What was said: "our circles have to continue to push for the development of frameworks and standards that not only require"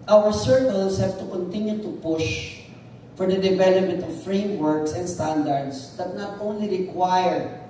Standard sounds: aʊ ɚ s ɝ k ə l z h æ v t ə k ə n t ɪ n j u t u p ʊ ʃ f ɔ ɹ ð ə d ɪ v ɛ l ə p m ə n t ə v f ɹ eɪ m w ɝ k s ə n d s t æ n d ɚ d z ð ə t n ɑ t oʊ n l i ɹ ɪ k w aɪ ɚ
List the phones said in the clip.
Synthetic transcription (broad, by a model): aʊ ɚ s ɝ k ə l s h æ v t ə k ə n t ɪ n j u t u p ʊ ʃ f ɔ ɹ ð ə d ɪ v ɛ l ə p m ə n t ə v f ɹ eɪ m w ɝ k s ə n d s t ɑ n d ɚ d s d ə t n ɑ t oʊ n l i ɹ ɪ k w aɪ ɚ